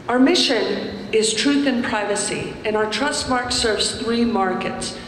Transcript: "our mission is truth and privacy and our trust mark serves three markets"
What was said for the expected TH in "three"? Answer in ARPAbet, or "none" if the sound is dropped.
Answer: TH